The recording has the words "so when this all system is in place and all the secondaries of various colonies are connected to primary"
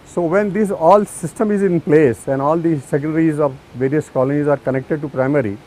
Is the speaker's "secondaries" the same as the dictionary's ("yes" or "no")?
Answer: no